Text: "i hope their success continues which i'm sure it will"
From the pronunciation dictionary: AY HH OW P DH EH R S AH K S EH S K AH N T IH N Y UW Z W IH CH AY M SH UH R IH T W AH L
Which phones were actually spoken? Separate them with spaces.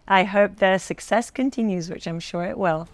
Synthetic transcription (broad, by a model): AY HH OW P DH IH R S AH K S EH S K AH N T IH N Y UW Z W IH CH AY M SH UH R IH T W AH L